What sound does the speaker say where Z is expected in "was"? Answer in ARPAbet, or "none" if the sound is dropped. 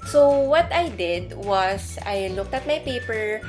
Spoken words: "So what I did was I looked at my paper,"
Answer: S